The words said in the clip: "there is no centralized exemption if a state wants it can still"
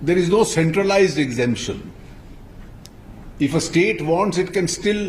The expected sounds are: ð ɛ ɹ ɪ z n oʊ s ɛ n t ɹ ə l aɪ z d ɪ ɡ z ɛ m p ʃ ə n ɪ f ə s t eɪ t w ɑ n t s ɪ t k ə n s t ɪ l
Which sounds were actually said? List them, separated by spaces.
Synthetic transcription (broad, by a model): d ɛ ɹ ɪ z n oʊ s ɛ n t ɹ ə l aɪ z d ɪ ɡ z ɛ m p ʃ ə n ɪ f ə s t eɪ t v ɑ n t s ɪ t k ə n s t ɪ l